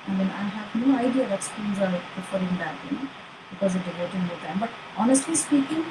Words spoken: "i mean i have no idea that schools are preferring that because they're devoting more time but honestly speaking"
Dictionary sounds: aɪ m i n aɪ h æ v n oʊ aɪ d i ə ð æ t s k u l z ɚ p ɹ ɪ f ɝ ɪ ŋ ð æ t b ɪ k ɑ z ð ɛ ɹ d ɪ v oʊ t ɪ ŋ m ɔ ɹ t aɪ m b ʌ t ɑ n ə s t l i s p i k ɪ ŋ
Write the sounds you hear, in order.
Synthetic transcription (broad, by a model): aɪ m i n aɪ h æ v n oʊ aɪ d i ə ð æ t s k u n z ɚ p ɪ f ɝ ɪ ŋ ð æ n b ɪ k ɑ z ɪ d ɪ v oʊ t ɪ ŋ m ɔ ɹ t aɪ m b ʌ t ɑ n ə s t l i s p i k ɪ ŋ